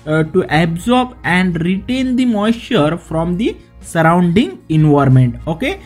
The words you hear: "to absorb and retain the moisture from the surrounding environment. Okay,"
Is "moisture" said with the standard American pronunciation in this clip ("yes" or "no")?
no